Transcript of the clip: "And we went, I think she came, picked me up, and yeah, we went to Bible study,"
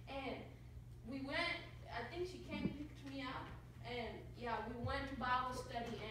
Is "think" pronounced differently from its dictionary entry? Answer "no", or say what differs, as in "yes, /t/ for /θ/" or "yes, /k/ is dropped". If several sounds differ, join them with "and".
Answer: no